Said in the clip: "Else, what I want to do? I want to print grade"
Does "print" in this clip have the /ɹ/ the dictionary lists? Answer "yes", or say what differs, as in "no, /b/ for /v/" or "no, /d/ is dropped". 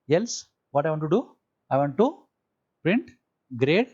yes